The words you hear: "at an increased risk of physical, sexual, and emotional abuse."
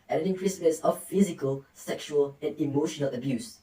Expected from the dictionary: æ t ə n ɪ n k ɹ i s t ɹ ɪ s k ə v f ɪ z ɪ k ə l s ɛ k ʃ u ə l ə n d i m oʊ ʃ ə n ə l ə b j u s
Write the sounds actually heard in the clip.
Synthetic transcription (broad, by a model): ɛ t ə n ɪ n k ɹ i s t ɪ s ə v f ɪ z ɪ k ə l s ɛ k ʃ u ə l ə n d i m oʊ ʃ ə n ə l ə b j u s